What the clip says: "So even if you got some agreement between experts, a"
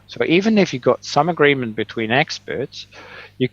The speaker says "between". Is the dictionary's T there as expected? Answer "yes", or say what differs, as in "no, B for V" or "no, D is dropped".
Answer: yes